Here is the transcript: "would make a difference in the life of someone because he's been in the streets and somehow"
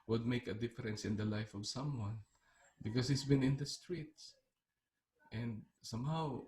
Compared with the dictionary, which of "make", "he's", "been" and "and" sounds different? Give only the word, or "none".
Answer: he's